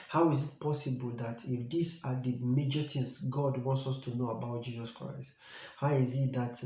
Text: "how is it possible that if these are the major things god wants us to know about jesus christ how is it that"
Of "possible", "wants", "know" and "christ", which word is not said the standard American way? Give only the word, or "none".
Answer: none